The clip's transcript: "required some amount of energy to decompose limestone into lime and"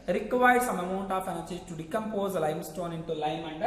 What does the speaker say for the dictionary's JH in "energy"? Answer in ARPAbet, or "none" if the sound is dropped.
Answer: CH